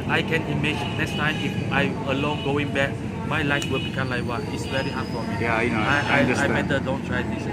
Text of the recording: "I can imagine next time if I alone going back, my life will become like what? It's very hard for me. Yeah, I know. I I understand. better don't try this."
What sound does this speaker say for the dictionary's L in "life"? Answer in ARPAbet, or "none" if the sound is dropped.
L